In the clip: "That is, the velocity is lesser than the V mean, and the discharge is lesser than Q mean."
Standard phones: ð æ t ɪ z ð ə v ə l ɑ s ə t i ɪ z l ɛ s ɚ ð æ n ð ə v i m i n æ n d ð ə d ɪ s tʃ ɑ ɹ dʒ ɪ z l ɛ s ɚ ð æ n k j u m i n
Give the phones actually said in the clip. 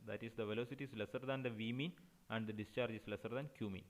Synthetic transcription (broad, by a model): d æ t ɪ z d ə v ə l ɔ s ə t i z l ɛ s ɚ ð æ n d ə v i m i n æ n d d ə d ɪ s tʃ ɑ ɹ dʒ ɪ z l ɛ s ɚ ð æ n k j u m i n